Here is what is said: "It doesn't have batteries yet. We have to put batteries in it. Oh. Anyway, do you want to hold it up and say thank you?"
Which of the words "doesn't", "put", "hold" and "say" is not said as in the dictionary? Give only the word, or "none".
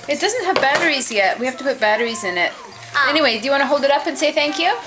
none